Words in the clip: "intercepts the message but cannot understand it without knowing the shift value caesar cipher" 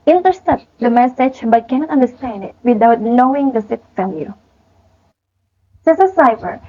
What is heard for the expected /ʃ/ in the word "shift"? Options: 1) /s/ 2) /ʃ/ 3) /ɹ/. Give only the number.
1